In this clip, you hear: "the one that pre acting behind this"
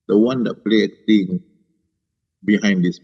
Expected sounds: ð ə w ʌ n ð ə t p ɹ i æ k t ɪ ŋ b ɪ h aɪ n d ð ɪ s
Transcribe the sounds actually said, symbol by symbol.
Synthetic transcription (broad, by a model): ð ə w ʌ n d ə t p l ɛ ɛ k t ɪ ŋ b ɪ h aɪ n d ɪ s